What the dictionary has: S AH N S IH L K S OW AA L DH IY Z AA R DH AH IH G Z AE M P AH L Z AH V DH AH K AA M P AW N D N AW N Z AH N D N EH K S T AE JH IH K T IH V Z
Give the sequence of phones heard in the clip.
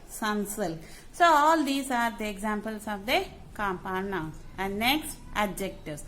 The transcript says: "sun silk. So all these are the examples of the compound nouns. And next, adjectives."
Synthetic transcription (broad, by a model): S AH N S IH L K S OW AA L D IY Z AA R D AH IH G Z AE M P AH L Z AH V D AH K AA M P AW D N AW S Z AH N D N EH K S T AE JH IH K T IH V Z